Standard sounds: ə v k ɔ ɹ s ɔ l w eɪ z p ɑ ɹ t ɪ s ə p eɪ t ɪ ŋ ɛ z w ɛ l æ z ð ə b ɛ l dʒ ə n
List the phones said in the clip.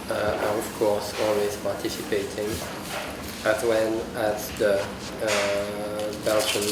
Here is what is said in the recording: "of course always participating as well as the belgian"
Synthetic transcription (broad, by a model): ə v k ɔ ɹ s ɔ l w eɪ z p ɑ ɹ t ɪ s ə p eɪ t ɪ ŋ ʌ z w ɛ n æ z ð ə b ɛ l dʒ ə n